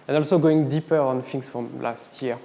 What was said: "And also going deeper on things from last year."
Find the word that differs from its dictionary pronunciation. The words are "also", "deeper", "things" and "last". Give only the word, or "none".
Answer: things